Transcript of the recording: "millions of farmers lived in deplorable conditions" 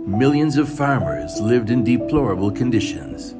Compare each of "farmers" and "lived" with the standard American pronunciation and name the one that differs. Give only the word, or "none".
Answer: none